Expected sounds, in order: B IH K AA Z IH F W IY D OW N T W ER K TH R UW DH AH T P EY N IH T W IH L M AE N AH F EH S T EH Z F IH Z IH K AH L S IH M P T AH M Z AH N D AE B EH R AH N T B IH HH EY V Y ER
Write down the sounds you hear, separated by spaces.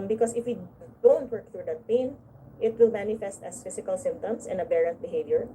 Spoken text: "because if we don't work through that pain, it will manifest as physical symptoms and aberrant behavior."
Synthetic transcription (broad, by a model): B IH K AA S IH F W IY D OW N T W ER K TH R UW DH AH T P EY N IH T W IH L M AE N AH F EH S T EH S F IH S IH K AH L S IH M P T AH M S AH N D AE B EH R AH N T B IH HH EY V Y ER